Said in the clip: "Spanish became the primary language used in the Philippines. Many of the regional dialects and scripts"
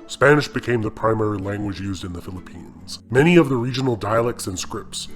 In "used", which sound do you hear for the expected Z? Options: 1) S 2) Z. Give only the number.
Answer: 2